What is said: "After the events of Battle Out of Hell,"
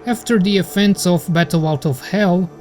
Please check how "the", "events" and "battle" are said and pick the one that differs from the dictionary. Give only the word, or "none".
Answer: events